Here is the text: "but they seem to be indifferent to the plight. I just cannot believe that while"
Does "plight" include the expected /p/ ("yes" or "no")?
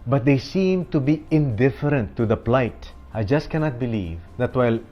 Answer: yes